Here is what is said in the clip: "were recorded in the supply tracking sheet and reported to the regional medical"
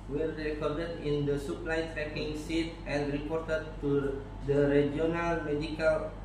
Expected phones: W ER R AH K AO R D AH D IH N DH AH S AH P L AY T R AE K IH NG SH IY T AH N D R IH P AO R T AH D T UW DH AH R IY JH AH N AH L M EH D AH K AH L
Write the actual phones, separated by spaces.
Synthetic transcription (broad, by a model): W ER R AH K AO R D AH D IH N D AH S AH P L AY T R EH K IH NG S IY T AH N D R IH P AO R T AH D T UW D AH R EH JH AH N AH L M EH D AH K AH L